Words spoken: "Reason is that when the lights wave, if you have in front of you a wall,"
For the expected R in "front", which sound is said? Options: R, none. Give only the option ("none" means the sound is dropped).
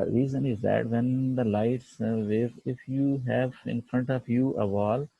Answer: R